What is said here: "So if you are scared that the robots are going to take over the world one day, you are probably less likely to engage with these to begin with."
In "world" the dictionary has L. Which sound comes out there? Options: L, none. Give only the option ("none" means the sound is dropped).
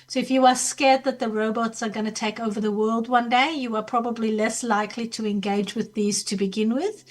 L